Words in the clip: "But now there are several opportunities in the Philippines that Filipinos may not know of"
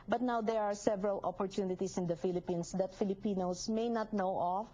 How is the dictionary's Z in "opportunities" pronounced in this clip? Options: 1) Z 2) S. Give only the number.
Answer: 2